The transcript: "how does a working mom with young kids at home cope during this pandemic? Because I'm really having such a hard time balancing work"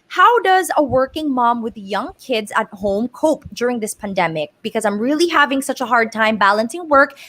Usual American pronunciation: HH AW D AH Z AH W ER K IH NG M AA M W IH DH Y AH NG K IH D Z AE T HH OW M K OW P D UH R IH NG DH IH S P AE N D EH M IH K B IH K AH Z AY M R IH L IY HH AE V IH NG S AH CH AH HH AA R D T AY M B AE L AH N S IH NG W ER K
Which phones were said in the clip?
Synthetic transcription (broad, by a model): HH AW D AH Z AH W ER K IH NG M AA M W IH DH Y AH NG K IH D Z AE T HH OW M K OW P D UH R IH NG DH IH S P AE N D EH M IH K B IH K AH Z AY M R IH L IY HH AE V IH NG S AH CH AH HH AA R D T AY M B AE L AH N S IH NG W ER K